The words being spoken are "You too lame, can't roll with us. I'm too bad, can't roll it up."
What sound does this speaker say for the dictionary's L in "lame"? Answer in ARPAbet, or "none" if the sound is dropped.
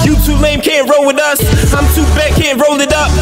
N